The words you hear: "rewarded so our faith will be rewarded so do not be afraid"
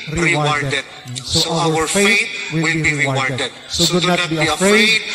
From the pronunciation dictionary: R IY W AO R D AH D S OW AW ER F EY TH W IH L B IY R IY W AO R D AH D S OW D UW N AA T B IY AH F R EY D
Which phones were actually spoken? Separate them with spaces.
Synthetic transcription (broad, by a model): R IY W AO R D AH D S OW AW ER F EY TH W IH W B IY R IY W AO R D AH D S OW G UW N AA T B IY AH F R EY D